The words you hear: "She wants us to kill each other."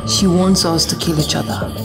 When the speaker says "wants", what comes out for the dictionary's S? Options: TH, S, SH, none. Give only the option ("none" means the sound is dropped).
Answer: S